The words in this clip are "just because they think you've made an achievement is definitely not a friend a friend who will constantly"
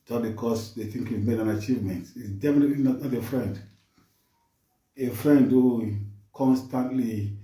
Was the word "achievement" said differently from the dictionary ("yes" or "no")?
no